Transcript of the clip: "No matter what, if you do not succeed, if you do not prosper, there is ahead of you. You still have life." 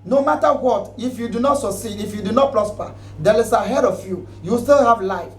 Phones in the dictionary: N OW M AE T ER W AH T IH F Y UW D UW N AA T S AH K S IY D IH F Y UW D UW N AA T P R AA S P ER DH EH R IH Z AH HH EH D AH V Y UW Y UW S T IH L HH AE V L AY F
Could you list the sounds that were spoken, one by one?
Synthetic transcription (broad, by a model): N OW M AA T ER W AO T IH F Y UW D UW N AA T S AH K S IY D IH F Y UW D UW N AA T P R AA S P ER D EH L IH S AH HH EH D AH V Y UW Y UW S T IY L HH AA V L AY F